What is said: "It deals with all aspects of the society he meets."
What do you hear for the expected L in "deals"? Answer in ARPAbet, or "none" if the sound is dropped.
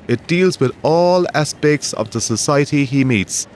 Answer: L